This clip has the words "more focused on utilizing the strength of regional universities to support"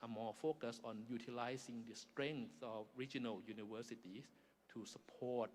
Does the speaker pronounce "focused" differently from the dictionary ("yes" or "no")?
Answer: yes